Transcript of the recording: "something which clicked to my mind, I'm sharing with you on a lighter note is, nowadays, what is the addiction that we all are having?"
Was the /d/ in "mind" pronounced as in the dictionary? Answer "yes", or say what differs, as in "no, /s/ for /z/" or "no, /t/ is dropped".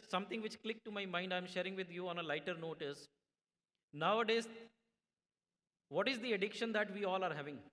yes